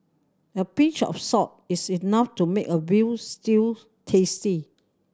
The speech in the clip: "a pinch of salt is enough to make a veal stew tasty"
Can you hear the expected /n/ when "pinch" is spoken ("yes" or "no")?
no